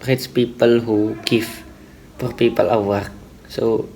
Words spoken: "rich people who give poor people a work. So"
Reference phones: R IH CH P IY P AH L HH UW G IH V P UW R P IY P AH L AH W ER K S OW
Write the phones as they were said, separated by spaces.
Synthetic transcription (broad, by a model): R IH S P IY P AH L HH UW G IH F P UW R P IY P AH L AH W ER K S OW